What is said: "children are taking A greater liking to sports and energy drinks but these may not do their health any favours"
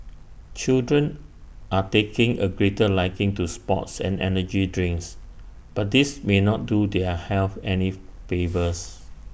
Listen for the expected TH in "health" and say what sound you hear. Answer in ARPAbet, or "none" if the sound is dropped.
F